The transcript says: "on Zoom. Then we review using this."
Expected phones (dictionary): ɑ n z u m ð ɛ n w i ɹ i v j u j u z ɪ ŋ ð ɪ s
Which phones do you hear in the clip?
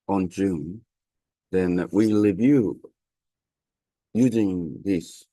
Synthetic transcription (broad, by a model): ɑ n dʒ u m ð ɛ n w i l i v j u j u z ɪ ŋ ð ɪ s